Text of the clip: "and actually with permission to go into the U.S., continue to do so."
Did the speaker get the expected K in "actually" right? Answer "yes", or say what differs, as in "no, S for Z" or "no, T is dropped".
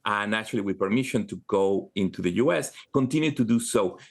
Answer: no, K is dropped